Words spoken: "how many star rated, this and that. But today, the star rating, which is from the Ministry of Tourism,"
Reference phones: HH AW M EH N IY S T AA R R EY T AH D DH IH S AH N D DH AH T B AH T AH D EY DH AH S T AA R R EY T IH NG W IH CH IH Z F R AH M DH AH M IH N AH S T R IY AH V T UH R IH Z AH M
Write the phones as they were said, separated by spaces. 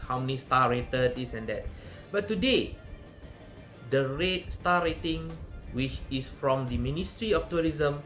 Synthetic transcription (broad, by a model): HH AW M EH N IY S T AA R R EY T AH D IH S AH N D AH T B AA T AH D EY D AH S T AA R R EY T IH NG W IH CH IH S F R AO M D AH M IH N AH S T R IY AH F T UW R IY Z AH M